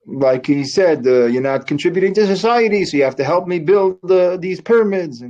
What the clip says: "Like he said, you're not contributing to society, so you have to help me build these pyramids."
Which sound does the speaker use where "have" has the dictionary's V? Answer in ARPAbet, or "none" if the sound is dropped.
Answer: F